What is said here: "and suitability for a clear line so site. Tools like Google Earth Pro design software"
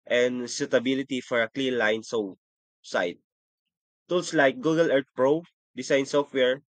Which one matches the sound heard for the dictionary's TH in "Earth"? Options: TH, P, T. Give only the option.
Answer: T